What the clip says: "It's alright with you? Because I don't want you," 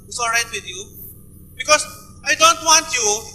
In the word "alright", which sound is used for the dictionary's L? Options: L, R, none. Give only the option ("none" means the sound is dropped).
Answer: none